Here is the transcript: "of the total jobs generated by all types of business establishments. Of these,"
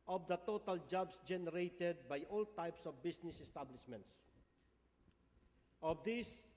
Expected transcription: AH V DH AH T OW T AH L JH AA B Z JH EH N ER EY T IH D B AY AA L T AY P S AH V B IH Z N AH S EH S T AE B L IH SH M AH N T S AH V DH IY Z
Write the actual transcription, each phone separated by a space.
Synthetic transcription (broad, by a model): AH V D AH T OW T AH L JH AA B S JH EH N ER EY T IH D B AY AA L T AY P S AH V B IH S N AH S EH S T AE B L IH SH M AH N T S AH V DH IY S